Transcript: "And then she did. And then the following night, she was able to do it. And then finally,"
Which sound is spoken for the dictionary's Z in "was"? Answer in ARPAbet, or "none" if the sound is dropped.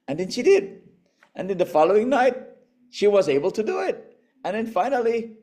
Z